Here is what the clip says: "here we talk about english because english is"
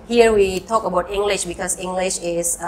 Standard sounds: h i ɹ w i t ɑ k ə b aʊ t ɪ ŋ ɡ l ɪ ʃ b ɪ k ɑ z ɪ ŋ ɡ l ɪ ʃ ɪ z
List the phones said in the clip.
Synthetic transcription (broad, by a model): h i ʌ w i t ɑ k ə b aʊ t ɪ ŋ ɡ l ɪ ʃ b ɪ k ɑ s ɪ ŋ ɡ l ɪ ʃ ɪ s